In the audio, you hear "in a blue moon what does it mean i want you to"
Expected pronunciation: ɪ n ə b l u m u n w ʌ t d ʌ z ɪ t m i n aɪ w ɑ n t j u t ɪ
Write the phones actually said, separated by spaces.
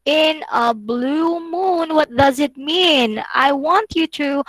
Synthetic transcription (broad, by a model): ɪ n ə b l u m u n w ʌ t d ʌ z ɪ t m i n aɪ w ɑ n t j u t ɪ